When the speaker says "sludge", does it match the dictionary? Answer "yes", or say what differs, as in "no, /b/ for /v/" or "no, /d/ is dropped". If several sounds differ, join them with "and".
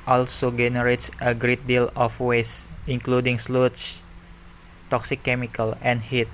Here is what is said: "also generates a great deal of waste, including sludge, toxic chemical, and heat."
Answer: no, /tʃ/ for /dʒ/